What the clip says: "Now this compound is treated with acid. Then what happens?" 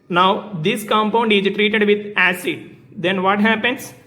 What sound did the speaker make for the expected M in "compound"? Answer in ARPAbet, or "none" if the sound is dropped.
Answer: M